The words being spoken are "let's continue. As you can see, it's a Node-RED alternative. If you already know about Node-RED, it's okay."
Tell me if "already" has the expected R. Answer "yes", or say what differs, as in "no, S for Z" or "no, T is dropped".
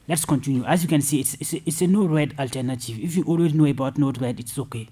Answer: no, W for R